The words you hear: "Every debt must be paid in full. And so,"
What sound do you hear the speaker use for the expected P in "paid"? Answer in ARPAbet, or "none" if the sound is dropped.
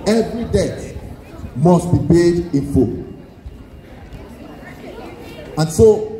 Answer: B